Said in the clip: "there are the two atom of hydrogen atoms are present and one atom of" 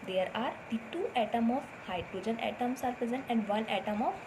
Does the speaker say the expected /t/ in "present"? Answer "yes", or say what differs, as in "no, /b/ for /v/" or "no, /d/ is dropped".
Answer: no, /t/ is dropped